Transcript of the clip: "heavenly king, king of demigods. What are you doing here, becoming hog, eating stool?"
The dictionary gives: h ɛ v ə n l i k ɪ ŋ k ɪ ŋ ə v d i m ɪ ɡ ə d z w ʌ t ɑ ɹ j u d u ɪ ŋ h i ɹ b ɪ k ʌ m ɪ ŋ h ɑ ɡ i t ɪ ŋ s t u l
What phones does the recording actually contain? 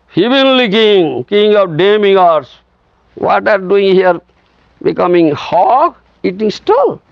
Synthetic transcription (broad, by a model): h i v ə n l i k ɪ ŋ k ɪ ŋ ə p d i m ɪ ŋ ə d s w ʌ t ɑ ɹ d u ɪ ŋ h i ɹ b ɪ k ʌ m ɪ ŋ h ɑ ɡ i t ɪ ŋ s t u l